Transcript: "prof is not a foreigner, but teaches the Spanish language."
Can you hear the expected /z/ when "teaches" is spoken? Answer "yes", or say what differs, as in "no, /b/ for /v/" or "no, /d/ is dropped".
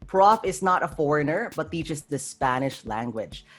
no, /s/ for /z/